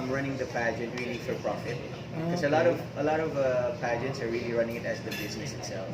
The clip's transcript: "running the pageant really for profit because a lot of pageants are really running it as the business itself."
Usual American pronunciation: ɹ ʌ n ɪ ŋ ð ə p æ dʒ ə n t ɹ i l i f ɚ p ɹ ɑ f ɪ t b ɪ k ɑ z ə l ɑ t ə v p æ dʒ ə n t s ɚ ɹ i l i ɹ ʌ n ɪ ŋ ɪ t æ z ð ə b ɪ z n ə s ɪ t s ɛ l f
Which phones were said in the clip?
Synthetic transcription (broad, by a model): ɹ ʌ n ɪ ŋ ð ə p æ dʒ ə n t ɹ i l i f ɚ p ɹ ɑ f ɪ t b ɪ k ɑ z ə l ɑ t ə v p æ dʒ ə n t s ɚ ɹ i l i ɹ ʌ n ɪ ŋ ɪ t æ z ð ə b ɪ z n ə s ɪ t s ɛ l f